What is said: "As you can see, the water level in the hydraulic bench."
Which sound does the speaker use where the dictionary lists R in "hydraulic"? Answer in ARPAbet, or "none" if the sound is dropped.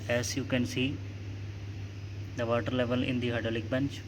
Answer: none